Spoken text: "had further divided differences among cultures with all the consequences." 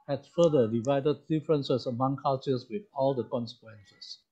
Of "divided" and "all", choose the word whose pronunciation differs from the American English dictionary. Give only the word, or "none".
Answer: none